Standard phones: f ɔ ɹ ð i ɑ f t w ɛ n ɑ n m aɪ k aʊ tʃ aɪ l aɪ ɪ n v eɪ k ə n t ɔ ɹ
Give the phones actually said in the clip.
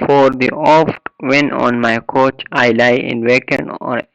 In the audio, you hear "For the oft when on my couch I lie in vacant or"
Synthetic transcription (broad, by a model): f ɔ ɹ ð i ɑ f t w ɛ n ɑ n m aɪ k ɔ tʃ aɪ l aɪ ɪ n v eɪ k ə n ɔ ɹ